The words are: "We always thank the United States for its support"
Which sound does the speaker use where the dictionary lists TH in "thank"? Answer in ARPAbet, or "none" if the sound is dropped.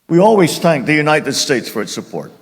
TH